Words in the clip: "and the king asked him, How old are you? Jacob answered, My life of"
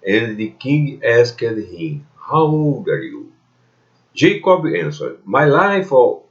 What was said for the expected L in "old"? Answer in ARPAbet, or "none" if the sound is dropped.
none